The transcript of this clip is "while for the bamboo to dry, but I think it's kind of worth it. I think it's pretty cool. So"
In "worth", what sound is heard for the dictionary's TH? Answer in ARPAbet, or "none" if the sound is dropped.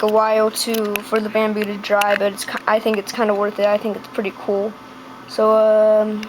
TH